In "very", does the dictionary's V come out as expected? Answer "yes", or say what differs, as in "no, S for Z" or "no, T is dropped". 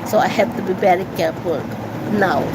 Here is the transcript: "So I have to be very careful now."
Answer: no, B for V